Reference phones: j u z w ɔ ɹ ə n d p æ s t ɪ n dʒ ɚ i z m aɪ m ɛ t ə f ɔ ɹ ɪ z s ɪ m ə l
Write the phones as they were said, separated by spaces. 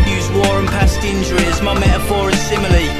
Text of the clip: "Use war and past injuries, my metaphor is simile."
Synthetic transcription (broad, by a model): j u z w ɔ ɹ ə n p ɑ s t ɪ n dʒ ɚ i z m aɪ m ɛ t ə f ɔ ɹ ɪ z s ɪ m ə l